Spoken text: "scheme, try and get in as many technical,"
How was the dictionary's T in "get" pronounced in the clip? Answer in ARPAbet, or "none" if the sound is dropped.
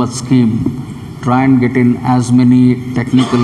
T